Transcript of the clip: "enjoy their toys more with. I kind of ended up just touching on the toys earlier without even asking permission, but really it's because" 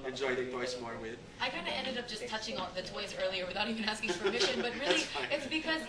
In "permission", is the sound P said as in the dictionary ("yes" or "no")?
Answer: no